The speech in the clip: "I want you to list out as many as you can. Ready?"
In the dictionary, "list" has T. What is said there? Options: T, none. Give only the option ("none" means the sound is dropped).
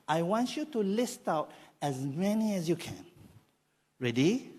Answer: T